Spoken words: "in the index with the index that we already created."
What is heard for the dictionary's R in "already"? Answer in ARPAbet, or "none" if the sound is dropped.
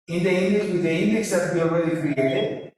W